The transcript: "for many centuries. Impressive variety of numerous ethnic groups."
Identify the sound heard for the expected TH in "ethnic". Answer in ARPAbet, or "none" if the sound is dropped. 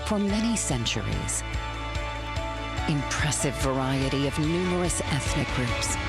TH